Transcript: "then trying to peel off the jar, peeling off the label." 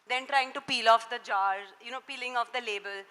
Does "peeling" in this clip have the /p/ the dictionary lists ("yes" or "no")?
yes